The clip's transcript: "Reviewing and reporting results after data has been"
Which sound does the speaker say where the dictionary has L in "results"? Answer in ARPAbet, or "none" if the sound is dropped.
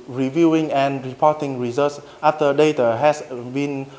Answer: none